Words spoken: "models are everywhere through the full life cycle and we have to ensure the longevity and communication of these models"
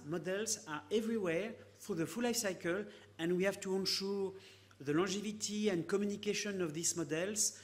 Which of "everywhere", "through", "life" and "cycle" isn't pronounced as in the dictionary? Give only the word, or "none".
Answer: through